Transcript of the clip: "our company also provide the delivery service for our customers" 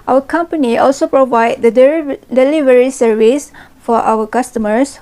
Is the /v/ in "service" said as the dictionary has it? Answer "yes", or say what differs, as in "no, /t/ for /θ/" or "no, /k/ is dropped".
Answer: yes